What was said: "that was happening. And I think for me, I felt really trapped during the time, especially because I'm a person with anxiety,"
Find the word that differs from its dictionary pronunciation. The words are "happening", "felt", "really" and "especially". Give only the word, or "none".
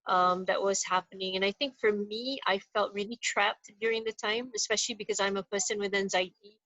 none